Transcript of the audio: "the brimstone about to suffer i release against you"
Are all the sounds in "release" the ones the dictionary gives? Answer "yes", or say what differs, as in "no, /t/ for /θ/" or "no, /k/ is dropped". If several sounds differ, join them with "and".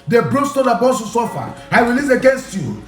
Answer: no, /w/ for /ɹ/